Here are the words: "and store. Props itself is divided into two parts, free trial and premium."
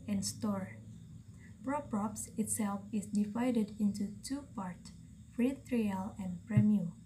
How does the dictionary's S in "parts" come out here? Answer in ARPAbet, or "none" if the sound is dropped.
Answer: S